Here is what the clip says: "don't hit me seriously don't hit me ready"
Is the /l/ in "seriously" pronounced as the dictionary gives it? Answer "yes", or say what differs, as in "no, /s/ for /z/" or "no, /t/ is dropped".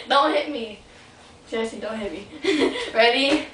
no, /l/ is dropped